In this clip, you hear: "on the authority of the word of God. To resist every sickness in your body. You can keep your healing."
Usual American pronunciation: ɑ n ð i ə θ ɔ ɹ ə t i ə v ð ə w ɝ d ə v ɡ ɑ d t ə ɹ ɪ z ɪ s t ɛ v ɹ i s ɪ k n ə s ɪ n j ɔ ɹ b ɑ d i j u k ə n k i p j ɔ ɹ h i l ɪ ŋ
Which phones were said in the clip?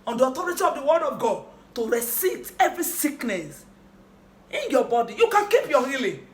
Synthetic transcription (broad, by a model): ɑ n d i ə t ɔ ɹ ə t i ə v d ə w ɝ d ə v ɡ ɑ d t ə ɹ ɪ s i t ɛ v ɹ i s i k n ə s ɪ n j ɔ b ɑ d i j u k ə n k i p j ɔ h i l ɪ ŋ